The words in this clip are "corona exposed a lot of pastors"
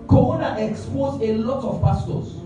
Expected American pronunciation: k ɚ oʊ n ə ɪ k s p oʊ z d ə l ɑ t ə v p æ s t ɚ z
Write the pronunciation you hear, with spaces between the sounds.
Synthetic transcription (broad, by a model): k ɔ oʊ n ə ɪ k s p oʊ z ə l ɑ t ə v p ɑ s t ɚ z